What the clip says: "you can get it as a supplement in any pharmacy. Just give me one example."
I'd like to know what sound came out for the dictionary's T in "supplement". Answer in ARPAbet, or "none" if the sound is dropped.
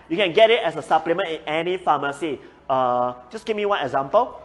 none